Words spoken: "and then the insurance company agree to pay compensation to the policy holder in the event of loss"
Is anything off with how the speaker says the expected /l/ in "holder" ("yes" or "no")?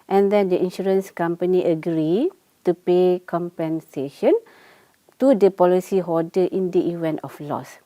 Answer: yes